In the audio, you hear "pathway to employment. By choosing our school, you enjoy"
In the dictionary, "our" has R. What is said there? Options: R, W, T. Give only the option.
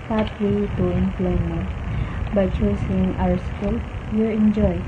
W